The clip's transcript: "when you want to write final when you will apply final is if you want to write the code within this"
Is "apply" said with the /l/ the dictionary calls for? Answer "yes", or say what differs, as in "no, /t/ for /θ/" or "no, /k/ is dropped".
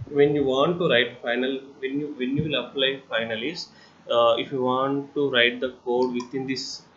yes